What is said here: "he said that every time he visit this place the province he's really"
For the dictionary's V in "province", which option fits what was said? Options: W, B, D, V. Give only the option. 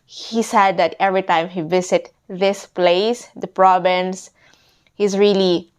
B